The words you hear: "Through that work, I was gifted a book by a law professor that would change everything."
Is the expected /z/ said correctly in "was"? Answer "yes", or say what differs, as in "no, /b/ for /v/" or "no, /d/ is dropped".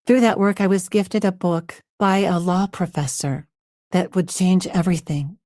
yes